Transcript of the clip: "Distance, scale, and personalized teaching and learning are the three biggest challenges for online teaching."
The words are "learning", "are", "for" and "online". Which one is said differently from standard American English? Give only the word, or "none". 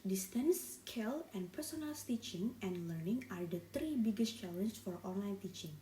none